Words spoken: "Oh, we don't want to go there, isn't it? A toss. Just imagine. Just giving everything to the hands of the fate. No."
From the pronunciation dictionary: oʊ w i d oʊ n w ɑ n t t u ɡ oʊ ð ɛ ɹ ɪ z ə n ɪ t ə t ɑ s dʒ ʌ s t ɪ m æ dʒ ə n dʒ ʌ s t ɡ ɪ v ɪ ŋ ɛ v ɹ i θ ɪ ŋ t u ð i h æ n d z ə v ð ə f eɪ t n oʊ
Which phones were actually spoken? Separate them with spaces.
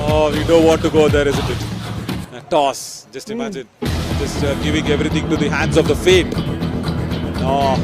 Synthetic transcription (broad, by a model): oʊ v i d oʊ n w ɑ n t t u ɡ oʊ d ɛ ɹ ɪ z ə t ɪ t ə t ɑ s dʒ ʌ s t ɪ m æ dʒ ə n dʒ ʌ s t ɡ ɪ v ɪ ŋ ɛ v ɹ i t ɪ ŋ t u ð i h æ n d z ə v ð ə f eɪ t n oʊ